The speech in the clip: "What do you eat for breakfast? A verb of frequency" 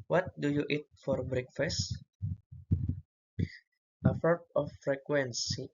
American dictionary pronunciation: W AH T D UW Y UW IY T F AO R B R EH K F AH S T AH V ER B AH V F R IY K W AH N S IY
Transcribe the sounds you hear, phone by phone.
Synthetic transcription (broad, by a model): W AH T D UW Y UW IY T F AO R B R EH K F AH S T AH F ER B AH F R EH K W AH N S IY